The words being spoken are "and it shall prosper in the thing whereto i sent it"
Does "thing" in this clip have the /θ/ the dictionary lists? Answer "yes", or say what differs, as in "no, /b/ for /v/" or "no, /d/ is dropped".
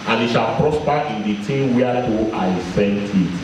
no, /t/ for /θ/